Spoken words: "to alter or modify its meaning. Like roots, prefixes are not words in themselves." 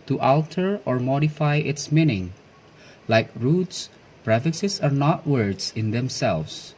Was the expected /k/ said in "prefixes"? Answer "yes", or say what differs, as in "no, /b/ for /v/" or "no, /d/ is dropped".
no, /k/ is dropped